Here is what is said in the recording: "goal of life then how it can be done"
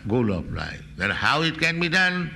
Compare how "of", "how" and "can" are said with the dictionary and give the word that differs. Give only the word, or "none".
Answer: of